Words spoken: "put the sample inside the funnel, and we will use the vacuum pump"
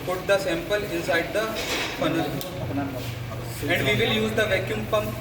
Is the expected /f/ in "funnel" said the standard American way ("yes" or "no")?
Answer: no